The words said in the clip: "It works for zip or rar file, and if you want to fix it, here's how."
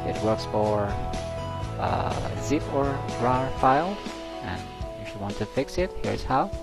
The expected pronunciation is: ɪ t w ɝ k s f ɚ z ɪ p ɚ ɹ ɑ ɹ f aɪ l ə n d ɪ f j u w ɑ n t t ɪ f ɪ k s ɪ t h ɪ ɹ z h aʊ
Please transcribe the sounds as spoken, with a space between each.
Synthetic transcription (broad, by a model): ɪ t w ɝ k s f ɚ z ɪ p ɚ ɹ ɑ ɹ f aɪ l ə n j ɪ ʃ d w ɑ n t t ɪ f ɪ k s ɪ t h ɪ ɹ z h aʊ